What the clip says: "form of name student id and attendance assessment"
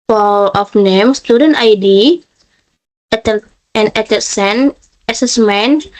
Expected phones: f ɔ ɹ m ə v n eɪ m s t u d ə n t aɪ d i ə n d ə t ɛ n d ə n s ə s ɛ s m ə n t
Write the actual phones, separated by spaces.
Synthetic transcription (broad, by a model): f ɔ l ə f n eɪ m s t u d ə n t aɪ d i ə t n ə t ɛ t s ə n ə s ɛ s m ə n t